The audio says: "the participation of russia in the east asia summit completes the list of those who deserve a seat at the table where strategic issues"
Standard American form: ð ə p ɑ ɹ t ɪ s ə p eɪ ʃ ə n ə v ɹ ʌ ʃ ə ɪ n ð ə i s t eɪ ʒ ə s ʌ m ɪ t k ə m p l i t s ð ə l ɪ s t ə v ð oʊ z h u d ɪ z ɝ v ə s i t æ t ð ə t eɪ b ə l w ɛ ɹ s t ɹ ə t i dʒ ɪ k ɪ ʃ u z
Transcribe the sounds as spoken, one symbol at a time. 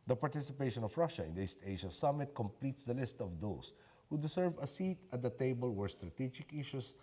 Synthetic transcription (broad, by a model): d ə p ɑ ɹ t ɪ s ə p eɪ ʃ ə n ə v ɹ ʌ ʃ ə ɪ n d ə i s t eɪ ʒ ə s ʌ m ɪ t k ə m p l i t s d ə l ɪ s t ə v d oʊ s h u d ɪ s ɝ v ə s i t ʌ t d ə t eɪ b ə l w ɛ ɹ s t ɹ ə t i dʒ ɪ k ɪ ʃ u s